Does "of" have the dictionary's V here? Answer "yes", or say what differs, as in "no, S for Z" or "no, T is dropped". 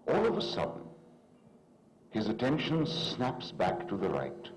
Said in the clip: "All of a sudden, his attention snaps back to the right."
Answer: yes